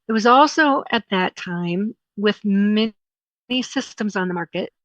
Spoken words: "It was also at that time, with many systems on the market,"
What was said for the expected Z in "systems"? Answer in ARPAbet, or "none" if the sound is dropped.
Z